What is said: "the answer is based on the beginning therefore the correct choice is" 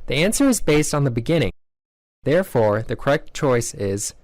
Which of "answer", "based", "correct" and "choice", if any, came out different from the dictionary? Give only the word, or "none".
none